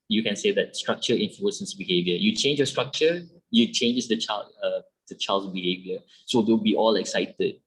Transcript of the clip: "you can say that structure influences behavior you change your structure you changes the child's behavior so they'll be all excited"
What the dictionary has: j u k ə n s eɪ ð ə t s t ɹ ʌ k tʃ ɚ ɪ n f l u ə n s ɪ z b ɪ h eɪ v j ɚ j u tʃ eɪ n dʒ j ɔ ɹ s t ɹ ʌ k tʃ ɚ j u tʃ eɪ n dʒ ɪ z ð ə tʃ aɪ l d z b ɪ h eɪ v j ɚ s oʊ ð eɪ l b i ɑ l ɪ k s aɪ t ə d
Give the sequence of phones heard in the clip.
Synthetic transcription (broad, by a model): j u k ə n s eɪ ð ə t s t ɹ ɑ k tʃ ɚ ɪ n f l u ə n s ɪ s b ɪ h eɪ v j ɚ j u tʃ eɪ n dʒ j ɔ s t ɹ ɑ k tʃ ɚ j u tʃ eɪ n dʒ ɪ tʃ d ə tʃ aɪ l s b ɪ h eɪ v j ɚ s oʊ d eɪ w b i ɑ l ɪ k s aɪ t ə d